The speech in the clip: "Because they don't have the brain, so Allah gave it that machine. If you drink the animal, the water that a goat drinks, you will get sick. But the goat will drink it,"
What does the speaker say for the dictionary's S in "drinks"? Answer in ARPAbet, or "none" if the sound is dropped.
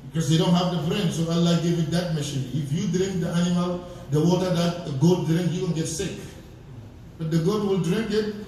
none